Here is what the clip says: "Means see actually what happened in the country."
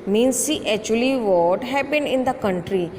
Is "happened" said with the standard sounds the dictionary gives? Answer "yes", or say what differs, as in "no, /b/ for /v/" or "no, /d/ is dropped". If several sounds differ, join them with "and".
no, /b/ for /p/